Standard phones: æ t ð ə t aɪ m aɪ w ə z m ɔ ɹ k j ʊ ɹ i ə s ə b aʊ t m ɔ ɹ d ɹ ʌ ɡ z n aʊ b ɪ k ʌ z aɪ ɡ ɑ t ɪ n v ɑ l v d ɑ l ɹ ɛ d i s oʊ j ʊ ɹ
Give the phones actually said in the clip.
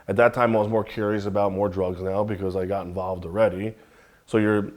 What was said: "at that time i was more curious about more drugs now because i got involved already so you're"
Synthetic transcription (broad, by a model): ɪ t ð ə t aɪ m aɪ w ə z m ɔ ɹ k j ʊ ɹ i ə s ə b aʊ t m ɔ ɹ d ɹ ʌ ɡ z n aʊ b ɪ k ʌ z aɪ ɡ ɑ t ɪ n v ɑ l v d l ɹ ɛ d i s oʊ j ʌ ɹ